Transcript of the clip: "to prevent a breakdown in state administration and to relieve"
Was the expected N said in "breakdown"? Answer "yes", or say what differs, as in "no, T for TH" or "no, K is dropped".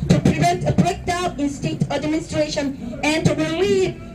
no, N is dropped